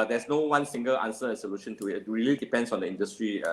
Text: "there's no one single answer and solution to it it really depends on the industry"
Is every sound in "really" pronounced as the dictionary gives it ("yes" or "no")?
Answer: yes